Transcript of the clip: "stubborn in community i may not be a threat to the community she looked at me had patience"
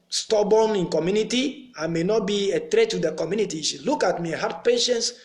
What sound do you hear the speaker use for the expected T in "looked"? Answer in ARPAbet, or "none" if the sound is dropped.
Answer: none